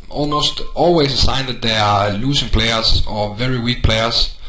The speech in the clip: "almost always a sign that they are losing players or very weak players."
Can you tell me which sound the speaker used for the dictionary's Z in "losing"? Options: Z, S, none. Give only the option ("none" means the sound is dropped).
S